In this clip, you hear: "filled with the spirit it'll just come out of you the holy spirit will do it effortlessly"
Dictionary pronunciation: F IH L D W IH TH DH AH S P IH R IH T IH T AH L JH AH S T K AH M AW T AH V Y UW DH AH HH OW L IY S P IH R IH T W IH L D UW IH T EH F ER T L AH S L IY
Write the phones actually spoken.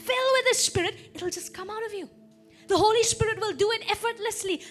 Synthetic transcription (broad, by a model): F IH L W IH DH AH S P IH R IH T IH T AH L JH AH S K AH M AW T AH V Y UW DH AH HH OW L IY S P IH R IH T W IH L D UW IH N EH F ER T L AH S L IY